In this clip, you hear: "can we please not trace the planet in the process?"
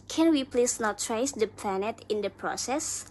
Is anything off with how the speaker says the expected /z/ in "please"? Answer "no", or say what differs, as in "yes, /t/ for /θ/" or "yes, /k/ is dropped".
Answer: yes, /s/ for /z/